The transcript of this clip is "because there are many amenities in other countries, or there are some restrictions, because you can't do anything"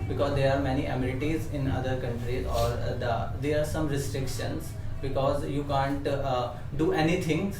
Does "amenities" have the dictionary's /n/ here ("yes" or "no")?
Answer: no